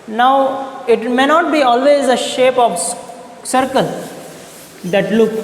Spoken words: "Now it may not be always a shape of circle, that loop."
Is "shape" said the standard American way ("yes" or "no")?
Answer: yes